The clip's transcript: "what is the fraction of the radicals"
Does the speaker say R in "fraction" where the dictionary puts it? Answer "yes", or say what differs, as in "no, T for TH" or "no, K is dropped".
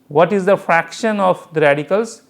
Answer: yes